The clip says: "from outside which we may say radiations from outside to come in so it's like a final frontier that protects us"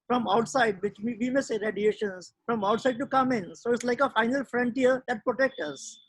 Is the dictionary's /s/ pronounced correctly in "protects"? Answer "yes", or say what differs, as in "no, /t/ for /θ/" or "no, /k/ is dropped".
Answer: no, /s/ is dropped